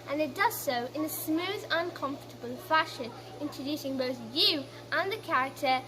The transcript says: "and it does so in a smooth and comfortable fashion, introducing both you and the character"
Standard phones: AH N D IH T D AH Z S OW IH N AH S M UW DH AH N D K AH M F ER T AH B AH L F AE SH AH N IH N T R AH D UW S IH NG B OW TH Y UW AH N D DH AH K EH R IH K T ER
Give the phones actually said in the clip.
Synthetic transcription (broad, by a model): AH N IH T D AH Z S OW IH N AH S M UW DH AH N K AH M F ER T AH B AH L F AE SH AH N IH N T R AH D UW S IH NG B OW TH Y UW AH N DH AH K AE R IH K T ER